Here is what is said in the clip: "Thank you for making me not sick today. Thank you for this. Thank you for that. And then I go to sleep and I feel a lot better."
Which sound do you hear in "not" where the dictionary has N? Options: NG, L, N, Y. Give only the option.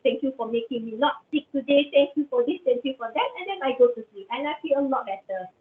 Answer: L